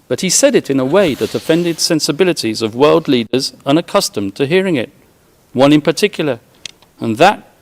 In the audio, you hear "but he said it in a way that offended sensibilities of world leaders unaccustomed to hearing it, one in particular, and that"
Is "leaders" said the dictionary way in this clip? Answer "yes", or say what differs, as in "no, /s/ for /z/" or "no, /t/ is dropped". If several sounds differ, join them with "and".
yes